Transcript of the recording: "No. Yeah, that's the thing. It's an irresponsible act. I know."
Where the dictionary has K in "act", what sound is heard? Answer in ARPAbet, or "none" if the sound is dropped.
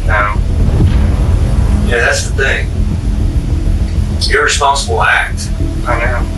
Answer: K